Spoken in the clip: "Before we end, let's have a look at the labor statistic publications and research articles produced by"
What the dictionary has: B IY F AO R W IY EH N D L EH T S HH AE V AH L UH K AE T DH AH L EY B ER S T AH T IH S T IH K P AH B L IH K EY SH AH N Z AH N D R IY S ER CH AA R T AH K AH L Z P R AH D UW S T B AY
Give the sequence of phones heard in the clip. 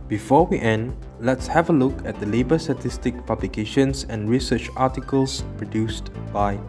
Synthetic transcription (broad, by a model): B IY F AO W IY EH N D L EH T S HH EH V AH L UH K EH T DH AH L EY B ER S T AH T IH S T IH K P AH B L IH K EY SH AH N S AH N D R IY S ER CH AA T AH K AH L S P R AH D UW S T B AY